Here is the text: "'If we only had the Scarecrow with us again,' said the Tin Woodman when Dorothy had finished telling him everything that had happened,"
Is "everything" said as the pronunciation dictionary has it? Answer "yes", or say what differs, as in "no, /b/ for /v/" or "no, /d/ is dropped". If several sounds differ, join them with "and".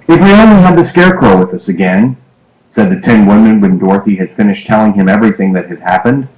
yes